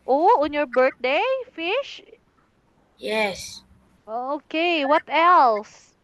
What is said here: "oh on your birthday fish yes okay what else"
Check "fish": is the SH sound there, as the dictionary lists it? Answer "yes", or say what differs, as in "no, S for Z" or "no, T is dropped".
yes